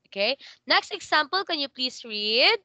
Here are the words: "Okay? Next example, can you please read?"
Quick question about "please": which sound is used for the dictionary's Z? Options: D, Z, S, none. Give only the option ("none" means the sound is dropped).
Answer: S